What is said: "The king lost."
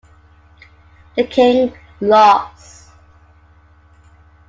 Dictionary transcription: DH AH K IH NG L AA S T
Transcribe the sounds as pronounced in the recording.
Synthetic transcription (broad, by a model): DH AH K IH NG L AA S